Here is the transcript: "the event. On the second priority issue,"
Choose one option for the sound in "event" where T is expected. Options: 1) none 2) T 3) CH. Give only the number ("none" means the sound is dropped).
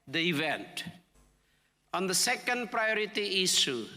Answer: 2